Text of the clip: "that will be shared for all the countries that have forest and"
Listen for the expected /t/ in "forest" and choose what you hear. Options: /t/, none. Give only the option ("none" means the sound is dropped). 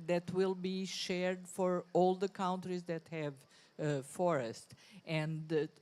/t/